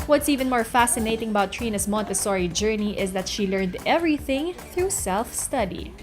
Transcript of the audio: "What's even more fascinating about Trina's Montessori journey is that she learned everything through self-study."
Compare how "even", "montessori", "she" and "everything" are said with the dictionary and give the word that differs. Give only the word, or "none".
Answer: none